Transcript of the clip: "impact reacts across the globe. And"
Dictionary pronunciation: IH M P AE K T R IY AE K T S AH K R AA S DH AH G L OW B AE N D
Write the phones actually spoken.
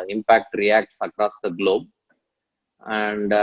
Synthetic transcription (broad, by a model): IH M P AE K T R IY AE K T S AH K R AA S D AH G L OW B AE N D